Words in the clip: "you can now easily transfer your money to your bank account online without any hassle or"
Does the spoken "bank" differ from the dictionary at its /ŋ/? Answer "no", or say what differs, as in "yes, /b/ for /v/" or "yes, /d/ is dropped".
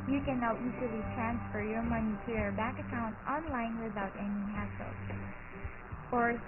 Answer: yes, /ŋ/ is dropped